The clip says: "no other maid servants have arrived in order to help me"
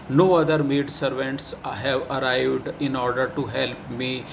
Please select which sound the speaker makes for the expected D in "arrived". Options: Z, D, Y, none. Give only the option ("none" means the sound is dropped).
D